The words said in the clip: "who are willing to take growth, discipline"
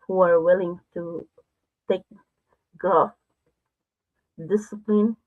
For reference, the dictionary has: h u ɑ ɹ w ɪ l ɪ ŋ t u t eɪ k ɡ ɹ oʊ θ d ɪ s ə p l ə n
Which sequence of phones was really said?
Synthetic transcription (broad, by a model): h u ɑ ɹ w ɪ l ɪ ŋ t u t eɪ k ɡ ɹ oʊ f d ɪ s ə p l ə n